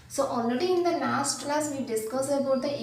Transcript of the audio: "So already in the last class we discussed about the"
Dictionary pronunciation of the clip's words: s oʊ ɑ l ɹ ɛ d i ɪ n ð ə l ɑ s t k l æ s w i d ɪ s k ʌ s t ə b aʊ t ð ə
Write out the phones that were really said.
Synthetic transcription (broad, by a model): s oʊ ɑ l ɹ ɛ d i ɪ n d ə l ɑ s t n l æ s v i d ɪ s k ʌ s ə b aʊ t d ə